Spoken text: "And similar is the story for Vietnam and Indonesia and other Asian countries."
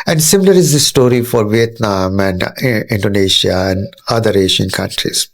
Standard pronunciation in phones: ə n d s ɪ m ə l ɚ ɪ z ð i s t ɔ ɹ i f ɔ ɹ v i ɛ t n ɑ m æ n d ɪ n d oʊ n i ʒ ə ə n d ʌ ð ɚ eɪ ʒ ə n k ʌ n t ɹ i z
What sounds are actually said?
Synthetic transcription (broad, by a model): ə n d s ɪ m ə l ɚ ɪ z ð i s t ɔ ɹ i f ɔ ɹ v i ɛ t n ɑ m æ n d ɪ n d oʊ n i ʃ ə ə n d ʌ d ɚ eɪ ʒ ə n k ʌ n t ɹ i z